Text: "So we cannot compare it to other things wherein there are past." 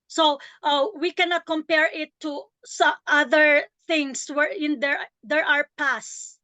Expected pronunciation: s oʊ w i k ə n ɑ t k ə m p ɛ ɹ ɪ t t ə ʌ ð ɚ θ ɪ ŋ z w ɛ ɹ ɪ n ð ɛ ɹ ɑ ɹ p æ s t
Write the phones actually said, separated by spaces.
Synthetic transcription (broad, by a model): s oʊ w i k ə n ɑ t k ə m p ɛ ɹ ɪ t s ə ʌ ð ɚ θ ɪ ŋ s w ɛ ɹ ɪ n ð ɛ ɹ ɑ ɹ p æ s